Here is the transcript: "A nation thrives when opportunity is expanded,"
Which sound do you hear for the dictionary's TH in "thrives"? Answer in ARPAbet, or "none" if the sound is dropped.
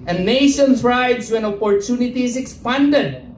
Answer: S